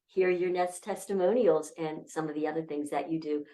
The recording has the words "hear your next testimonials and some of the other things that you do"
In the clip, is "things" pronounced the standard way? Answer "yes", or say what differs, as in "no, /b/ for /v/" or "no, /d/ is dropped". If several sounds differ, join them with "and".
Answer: yes